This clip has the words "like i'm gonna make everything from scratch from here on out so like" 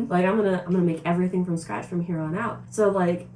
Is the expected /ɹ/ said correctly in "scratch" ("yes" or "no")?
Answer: no